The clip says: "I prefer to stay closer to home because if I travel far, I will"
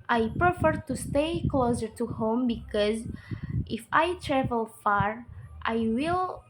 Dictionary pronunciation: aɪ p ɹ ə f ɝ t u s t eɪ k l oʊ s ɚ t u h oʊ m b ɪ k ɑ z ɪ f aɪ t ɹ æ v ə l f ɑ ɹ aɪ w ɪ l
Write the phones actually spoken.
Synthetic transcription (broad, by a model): aɪ p ɹ ə f ɝ t u s t eɪ k l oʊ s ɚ t u h oʊ m b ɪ k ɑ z ɪ f aɪ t ɹ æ v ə l f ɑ ɹ aɪ w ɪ l